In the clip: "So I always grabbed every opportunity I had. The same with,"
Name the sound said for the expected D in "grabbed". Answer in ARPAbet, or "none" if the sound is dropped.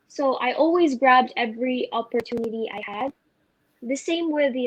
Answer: D